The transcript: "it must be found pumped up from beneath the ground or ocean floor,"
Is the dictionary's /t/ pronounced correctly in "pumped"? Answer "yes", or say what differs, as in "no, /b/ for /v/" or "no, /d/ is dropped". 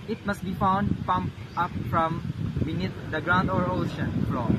no, /t/ is dropped